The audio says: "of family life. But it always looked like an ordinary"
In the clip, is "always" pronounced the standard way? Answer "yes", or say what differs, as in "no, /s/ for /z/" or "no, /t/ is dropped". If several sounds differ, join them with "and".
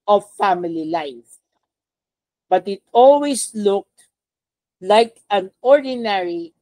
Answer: no, /s/ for /z/